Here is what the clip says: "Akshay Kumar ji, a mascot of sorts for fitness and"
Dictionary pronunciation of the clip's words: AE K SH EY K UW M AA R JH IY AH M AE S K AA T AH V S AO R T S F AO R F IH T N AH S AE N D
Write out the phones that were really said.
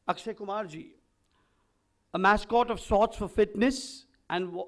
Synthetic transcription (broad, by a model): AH K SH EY K UW M AA R JH IY AH M AE S K AA T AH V S AO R T S F AO R F IH T N AH S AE N D